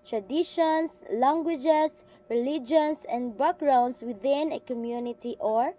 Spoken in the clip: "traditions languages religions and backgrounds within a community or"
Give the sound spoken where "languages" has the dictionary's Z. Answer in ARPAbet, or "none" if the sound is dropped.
S